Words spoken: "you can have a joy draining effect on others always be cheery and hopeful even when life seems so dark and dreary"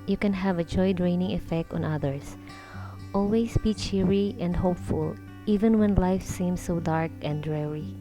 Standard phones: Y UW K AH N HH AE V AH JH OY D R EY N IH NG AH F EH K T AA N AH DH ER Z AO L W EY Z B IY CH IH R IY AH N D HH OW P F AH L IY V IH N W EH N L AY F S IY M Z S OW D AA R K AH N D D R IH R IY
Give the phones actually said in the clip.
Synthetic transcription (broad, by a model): Y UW K AH N HH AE V AH JH OY D R EY N IH NG AH F EH K T AA N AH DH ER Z AO L W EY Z B IY CH IH R IY AH N D HH OW P F AH L IY V IH N W EH N L AY F S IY M S OW D AA R K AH N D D R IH R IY